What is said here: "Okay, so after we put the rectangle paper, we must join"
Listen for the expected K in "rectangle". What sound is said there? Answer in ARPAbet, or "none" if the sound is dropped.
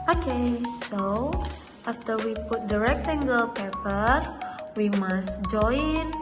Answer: K